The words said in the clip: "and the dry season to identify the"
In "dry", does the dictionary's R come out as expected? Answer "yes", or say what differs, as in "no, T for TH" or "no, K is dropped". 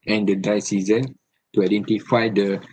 no, R is dropped